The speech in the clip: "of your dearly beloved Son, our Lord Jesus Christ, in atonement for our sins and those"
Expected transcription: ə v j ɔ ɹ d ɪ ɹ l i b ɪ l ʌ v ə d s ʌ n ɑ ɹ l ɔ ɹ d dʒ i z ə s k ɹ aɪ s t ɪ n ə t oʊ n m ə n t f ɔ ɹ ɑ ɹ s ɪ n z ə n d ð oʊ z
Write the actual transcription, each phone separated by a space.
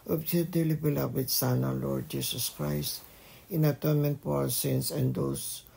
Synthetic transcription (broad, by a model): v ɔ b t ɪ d l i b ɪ l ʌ w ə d s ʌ n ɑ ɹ l ɔ ɹ d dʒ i s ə s k ɹ aɪ s t ɪ n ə t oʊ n m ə n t p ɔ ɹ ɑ w s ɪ n s ə n d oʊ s